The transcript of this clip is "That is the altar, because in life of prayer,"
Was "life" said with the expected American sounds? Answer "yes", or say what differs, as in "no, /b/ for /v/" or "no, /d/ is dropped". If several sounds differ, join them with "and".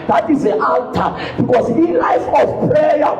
yes